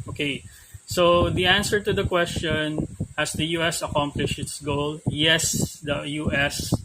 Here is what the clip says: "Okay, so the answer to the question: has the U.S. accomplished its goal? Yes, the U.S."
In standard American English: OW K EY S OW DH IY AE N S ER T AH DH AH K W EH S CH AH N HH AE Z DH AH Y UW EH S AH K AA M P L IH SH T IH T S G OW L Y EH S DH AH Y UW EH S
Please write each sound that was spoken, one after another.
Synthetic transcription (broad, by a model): OW K EY S OW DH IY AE N S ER T AH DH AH K W EH S CH AH N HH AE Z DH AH Y UW EH S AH K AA M P L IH SH IH T S G OW L Y EH S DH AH Y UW EH S